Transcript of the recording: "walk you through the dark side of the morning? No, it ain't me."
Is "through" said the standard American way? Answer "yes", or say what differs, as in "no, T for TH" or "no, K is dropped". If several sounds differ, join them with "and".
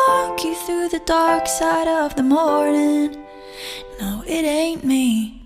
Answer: yes